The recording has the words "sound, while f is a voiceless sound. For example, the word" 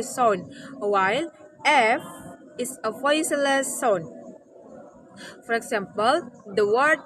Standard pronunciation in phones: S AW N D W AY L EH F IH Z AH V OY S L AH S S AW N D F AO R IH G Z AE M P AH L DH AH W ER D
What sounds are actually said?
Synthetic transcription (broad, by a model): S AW N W AY L EH F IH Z AH F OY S L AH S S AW N F AO R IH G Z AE M P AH L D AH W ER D